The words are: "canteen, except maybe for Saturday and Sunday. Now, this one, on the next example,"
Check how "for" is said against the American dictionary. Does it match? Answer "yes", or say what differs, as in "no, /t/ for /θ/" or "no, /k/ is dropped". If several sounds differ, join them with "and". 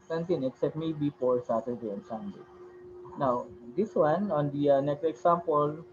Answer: no, /p/ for /f/